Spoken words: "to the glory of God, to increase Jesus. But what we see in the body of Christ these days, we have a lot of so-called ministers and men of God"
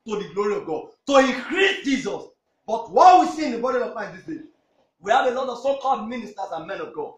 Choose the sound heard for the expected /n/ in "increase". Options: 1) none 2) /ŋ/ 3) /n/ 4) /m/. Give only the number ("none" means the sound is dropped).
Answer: 1